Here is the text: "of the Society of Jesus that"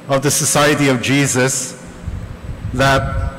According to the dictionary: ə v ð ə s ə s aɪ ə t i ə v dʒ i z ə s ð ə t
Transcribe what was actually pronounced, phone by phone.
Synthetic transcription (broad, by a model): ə v ð ə s ə s aɪ ə t i ə v dʒ i z ə s ð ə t